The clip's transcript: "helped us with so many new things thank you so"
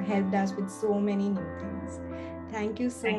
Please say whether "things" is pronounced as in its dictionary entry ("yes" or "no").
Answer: no